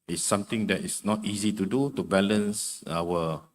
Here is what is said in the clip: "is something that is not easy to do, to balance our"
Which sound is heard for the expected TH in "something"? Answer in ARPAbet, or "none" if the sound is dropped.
T